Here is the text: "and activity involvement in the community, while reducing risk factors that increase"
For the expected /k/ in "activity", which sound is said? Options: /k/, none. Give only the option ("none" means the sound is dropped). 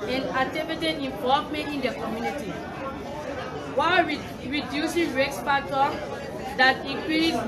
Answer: none